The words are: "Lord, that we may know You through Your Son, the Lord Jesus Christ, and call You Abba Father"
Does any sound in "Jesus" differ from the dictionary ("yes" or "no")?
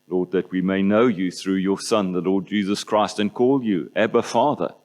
no